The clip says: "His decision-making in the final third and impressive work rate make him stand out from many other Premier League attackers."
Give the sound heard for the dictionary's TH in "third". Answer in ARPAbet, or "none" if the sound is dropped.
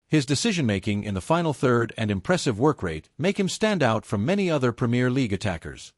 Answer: TH